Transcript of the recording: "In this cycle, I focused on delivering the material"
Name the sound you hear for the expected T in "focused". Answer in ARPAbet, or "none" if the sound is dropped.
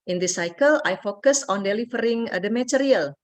none